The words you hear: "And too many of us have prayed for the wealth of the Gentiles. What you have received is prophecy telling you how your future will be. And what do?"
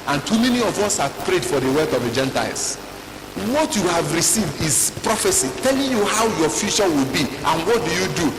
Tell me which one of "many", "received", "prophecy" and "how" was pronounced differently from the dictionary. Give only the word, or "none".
none